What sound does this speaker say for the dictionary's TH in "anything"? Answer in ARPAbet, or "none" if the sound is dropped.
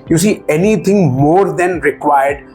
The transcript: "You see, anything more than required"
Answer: T